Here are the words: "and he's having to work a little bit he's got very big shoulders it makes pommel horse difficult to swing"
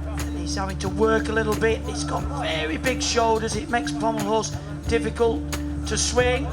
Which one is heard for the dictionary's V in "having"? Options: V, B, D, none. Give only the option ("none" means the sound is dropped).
none